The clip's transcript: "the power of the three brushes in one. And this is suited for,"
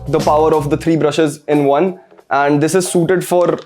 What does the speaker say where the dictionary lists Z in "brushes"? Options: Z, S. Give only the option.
Z